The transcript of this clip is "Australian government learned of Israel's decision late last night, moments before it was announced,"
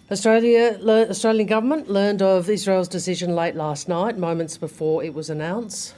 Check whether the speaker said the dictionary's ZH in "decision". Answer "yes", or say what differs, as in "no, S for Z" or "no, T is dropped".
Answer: yes